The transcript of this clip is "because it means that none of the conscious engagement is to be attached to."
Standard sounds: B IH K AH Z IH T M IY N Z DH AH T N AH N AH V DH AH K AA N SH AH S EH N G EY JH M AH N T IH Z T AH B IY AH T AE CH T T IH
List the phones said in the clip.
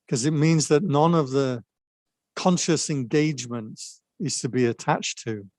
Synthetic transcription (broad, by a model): K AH Z IH T M IY N Z DH AH T N AH N AH V DH AH K AA N SH AH S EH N G EY JH M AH N T IH Z T AH B IY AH T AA CH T T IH